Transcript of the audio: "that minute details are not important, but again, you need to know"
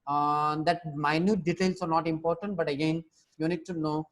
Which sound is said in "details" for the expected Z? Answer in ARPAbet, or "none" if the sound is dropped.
S